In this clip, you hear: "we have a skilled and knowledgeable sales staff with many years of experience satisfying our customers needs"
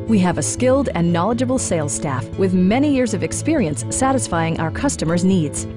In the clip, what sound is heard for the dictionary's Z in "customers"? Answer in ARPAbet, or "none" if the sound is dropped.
Z